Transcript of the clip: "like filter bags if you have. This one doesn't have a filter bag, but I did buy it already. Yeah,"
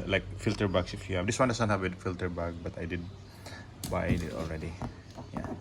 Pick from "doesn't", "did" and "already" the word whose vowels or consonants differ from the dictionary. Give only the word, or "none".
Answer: doesn't